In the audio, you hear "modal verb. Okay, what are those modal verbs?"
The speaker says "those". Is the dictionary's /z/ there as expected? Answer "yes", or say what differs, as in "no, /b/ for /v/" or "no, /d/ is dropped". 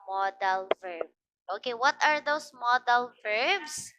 no, /s/ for /z/